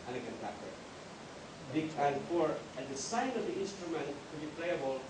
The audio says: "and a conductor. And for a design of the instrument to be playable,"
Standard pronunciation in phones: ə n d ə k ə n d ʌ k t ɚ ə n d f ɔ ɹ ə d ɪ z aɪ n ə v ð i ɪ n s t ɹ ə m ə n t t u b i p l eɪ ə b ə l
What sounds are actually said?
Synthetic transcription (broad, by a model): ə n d ə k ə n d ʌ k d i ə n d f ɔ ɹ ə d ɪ s aɪ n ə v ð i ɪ n s t ɹ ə m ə n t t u b i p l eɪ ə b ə l